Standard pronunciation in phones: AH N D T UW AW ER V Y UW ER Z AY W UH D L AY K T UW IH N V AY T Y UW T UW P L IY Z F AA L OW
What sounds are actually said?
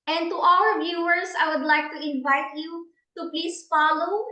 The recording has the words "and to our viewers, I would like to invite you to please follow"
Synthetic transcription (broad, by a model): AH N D T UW AW ER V Y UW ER S AY W UH D L AY K T UW IH N V AY T Y UW T UW P L IY S F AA L OW